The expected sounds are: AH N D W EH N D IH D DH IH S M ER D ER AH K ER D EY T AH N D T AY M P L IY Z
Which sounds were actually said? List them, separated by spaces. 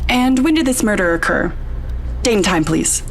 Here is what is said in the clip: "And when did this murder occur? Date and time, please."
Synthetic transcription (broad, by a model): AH N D W EH N D IH D DH IH S M ER D ER AH K ER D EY AH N T AY M P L IY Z